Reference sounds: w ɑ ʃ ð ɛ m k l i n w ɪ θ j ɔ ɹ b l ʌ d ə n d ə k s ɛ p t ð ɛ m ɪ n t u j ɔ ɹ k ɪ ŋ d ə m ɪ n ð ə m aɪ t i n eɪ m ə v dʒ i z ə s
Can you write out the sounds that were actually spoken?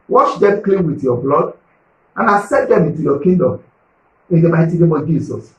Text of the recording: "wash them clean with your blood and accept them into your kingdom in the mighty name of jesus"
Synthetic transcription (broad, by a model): w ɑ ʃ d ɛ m k l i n w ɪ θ j ɔ b l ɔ d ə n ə s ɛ t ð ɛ m ɪ n t u j ɔ k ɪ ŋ d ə m ɪ n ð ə m aɪ t i n eɪ m ə v dʒ i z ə s